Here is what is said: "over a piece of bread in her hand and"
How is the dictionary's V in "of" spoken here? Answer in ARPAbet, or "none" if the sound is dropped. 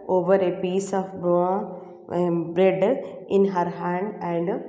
B